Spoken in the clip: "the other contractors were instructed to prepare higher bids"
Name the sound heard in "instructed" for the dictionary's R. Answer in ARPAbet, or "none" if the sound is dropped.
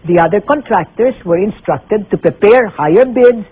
R